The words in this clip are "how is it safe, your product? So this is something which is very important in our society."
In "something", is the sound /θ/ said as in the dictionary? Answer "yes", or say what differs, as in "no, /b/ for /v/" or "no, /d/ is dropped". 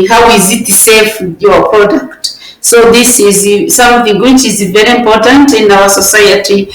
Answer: yes